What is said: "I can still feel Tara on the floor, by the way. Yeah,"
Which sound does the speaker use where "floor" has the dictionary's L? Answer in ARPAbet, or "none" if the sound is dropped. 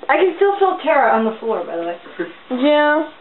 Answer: L